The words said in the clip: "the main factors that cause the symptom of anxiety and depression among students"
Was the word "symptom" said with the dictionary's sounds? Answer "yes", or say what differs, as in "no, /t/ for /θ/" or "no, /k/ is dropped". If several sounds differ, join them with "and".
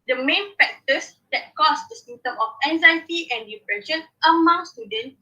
no, /p/ is dropped